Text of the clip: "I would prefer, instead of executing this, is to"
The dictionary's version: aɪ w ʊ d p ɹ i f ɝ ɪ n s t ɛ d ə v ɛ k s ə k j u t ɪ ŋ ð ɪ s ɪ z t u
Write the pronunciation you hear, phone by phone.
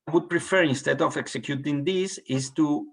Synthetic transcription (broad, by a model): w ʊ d p ɹ i f ɝ ɪ n s t ɛ d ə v ɛ k s ə k j u t ɪ ŋ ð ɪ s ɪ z t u